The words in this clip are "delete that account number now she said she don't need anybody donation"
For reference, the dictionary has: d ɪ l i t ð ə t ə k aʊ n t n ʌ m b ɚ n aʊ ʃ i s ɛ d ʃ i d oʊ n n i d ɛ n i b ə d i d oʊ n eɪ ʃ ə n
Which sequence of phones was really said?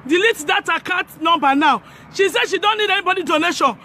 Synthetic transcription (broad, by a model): d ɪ l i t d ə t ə k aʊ t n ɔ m b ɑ n aʊ ʃ i s ɛ d ʃ i d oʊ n n i d ɛ n i b ə d i d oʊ n eɪ ʃ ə n